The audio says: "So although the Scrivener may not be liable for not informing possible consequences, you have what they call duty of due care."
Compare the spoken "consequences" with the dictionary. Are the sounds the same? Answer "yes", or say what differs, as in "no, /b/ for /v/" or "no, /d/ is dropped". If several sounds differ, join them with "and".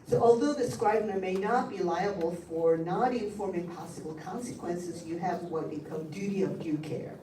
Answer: yes